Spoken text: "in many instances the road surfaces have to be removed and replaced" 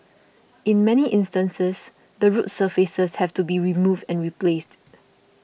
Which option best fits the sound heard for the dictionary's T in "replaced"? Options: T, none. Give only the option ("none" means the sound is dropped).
T